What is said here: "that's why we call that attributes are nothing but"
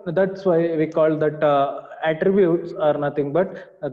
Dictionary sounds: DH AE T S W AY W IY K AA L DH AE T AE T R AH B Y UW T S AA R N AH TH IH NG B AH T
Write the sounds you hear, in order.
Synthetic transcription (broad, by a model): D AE T S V AY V IY K AA L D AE T AE T R AH B Y UW T S AA R N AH T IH NG B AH T